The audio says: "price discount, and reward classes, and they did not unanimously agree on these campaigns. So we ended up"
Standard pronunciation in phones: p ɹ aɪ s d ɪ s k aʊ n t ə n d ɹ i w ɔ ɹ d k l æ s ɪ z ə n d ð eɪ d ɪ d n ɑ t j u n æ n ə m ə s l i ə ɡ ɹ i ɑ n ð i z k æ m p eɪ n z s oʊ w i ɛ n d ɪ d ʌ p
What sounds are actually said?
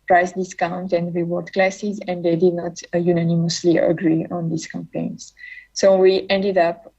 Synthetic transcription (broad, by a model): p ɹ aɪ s d ɪ s k aʊ n t ə n d ɹ i w ɔ ɹ d k l æ s ɪ z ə n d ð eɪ d ɪ d n ɑ t j u n æ n ə m ə s l i ə ɡ ɹ i ɑ n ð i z k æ m p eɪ n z s oʊ w i ɛ n d ɪ d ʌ p